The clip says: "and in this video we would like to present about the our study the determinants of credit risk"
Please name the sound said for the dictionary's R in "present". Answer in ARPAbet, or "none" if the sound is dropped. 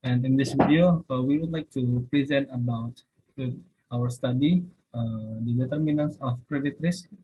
R